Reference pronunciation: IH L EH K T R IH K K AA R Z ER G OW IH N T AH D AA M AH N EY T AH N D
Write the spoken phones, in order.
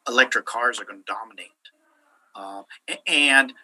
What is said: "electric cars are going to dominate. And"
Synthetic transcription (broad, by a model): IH L EH K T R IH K K AA R Z ER G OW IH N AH D AA M AH N EY T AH N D